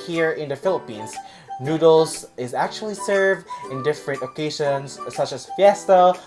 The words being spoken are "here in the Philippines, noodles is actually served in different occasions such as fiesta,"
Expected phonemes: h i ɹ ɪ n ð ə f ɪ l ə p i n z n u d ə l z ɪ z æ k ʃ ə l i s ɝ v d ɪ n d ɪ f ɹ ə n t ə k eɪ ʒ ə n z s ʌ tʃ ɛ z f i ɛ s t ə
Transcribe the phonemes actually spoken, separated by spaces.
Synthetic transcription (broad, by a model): h i ɹ ɪ n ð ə f ɪ l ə p i n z n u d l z ɪ z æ k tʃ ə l i s ɝ v d ɪ n d ɪ f ɹ ə n t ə k eɪ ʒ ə n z s ʌ tʃ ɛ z f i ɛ s t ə